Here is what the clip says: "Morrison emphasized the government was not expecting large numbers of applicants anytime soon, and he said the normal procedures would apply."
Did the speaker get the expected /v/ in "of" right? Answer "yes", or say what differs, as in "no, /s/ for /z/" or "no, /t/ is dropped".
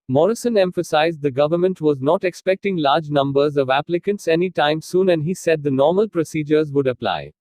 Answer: yes